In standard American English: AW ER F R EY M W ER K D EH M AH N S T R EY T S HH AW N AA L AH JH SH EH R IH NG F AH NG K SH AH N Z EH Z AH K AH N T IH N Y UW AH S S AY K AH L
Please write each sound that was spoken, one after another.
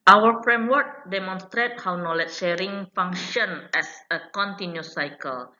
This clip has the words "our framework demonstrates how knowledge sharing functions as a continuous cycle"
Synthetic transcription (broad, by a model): AW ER F R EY M W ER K D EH M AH N S T R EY T HH AW N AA L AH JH SH EH R IH NG F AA NG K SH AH N EH S AH K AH N T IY N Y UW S S AY K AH L